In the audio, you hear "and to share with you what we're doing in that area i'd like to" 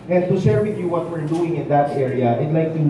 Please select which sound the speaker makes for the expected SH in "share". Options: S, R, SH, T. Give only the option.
S